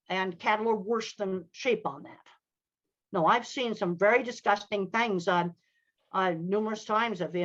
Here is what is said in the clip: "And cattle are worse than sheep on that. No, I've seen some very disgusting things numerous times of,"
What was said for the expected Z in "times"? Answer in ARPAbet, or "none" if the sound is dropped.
Z